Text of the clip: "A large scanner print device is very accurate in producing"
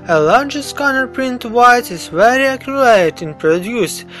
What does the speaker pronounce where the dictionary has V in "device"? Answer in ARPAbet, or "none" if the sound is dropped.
none